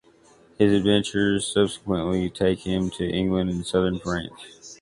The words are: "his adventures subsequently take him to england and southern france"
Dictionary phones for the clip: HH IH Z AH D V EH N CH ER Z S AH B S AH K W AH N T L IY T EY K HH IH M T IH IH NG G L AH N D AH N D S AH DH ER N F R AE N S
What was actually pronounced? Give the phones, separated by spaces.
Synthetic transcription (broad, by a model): HH IH Z AH D V EH N CH ER Z S AH B S AH K W AH N T L IY T EY K HH IH M T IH IH NG G L AH N D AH N S AH DH ER N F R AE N